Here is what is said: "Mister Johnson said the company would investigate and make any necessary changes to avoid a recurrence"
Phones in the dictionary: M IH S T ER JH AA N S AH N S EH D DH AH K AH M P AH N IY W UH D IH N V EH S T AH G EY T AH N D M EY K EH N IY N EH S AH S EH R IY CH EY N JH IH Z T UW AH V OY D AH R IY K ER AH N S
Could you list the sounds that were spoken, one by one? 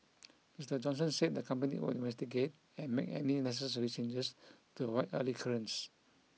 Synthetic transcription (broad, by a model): M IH S T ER JH AA N S AH N S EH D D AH K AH M P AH N IY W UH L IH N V EH S T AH G EY T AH N M EY K EH N IY N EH S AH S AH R IY CH EY N JH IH S T UW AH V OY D AH L IY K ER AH N S